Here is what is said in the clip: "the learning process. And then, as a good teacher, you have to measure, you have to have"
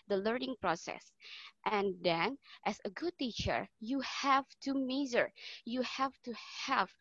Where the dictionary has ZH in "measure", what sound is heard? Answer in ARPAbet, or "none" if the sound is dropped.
Z